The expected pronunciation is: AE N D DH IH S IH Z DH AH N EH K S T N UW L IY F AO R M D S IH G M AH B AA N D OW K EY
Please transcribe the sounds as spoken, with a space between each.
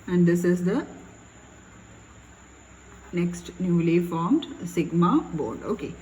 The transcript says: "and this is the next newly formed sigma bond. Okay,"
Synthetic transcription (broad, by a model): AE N D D IH S IH Z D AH N EH K S T N UW L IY F AO R M D S IH G M AH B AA D OW K EY